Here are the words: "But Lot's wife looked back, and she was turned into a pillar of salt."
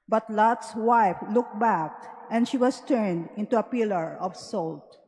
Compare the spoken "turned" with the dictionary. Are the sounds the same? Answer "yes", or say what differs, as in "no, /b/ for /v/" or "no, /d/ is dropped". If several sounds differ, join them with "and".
yes